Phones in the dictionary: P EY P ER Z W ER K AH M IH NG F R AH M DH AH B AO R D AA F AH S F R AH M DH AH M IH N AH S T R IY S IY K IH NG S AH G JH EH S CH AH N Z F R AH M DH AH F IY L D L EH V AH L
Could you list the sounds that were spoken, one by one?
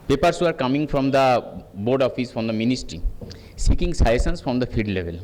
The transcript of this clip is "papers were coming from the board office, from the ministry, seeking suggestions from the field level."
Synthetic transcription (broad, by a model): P EY P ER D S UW K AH M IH NG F R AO M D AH B AO R D AA F AH S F R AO M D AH M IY N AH S T R IY S IY K IH NG S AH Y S AH N S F R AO M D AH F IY D L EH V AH L